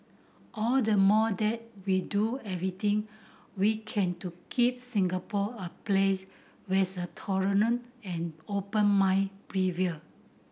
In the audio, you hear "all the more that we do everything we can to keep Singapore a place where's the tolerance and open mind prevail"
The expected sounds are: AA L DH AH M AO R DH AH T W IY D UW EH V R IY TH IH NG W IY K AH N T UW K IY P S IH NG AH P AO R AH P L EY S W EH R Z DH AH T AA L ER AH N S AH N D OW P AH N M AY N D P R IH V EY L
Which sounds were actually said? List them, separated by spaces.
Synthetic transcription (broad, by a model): AA L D AH M AO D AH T W IY D UW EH V R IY T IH NG W IY K AH N T UW K IY P S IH NG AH P AO AH P L EY S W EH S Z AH T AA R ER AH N AH N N OW P AH N M AY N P R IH V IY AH